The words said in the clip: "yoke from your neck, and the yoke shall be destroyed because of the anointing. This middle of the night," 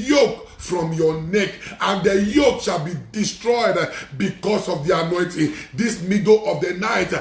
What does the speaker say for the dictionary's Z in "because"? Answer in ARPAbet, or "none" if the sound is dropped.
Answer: S